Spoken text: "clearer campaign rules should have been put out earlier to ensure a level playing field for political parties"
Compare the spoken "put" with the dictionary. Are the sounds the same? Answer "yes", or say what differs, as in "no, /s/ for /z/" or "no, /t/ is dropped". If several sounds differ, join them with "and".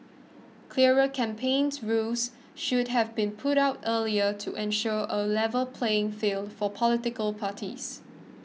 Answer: yes